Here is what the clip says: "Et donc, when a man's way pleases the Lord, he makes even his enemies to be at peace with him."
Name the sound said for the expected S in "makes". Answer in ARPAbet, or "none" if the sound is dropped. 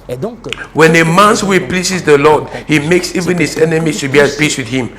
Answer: S